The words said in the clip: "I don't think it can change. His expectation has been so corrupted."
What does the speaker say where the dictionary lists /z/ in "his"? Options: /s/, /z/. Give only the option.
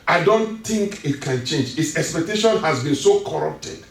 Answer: /s/